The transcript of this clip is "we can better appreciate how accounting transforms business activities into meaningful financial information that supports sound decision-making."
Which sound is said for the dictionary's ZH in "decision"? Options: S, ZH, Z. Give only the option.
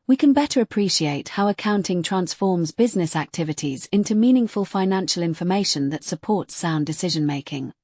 ZH